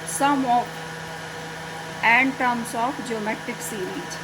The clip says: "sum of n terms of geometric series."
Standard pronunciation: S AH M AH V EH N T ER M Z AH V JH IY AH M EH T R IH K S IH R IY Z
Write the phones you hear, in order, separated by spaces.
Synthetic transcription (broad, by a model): S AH M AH F EH N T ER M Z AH F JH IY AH M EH T IH K S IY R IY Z